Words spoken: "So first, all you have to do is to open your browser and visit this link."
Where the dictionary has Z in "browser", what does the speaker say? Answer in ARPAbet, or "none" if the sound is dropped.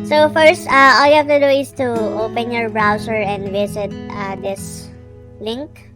S